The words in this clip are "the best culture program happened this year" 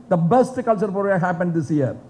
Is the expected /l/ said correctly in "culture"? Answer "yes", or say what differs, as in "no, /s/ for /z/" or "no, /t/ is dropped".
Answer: yes